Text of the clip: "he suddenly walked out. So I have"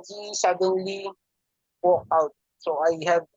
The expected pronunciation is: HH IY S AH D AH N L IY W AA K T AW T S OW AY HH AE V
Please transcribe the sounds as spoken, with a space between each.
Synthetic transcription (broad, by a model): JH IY S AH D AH N L IY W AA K AW T S OW AY HH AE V